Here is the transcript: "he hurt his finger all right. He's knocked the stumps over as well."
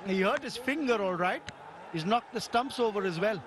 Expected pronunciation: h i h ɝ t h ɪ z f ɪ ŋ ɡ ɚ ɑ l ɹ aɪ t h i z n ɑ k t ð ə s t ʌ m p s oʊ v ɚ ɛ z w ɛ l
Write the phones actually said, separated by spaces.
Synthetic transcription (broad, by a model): h i h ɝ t h ɪ z f ɪ ŋ ɡ ɚ ɑ l ɹ aɪ t h i z n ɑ k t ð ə s t ʌ m p s oʊ v ɚ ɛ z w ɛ l